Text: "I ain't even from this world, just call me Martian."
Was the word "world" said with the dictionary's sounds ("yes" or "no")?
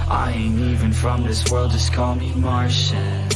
yes